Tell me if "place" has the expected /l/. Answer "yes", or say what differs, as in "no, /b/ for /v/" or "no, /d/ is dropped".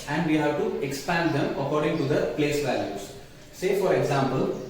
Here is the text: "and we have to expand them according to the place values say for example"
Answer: yes